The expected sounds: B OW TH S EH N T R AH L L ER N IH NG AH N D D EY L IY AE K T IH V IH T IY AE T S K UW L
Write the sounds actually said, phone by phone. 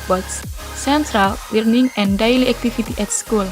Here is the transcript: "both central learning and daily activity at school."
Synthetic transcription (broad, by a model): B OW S S EH N T R AH L W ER N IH NG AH N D D EY L IY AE K T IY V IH T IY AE T S K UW L